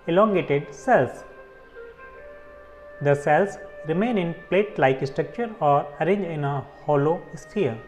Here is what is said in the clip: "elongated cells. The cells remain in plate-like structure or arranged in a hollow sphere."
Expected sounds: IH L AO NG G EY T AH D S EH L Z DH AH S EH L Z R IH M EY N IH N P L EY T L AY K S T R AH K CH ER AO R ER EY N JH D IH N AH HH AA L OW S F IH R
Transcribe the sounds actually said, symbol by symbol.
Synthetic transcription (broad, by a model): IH L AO NG G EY T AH D S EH L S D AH S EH L S R IH M EY N IH N P L EY T L AY K S T R AH K CH ER AO R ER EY N JH IH N AH HH AA L OW S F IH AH